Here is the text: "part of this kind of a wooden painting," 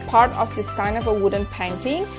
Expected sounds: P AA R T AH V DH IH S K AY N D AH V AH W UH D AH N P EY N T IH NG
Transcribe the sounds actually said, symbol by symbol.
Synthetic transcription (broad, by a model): P AA R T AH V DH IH S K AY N AH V AH W UH D AH N P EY N T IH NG